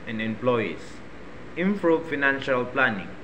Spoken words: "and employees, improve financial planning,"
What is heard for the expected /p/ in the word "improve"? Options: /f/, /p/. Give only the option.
/f/